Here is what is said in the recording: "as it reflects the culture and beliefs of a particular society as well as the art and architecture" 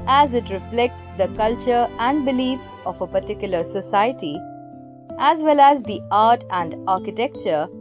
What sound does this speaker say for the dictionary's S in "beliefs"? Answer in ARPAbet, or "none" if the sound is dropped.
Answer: S